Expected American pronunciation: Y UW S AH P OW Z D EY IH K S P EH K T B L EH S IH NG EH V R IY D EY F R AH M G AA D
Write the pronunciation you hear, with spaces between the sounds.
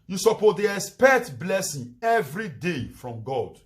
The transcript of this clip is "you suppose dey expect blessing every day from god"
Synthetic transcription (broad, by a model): Y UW S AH P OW D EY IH S P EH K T B L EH S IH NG EH V R IY D EY F R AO M G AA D